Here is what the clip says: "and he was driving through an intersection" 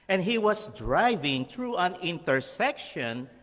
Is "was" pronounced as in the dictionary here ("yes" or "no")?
no